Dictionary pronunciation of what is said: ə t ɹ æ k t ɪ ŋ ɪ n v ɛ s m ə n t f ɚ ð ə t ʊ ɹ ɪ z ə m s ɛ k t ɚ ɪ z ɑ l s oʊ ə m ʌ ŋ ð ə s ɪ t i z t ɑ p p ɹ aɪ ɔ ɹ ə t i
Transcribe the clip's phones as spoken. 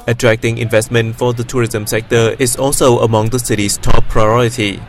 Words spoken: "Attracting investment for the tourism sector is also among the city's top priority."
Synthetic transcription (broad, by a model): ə t ɹ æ k t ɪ ŋ ɪ n v ɛ s m ə n t f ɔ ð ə t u ɹ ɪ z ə m s ɛ k t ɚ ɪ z ɑ l s oʊ ə m ʌ ŋ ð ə s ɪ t i s t ɑ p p ɹ aɪ ɔ ɹ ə t i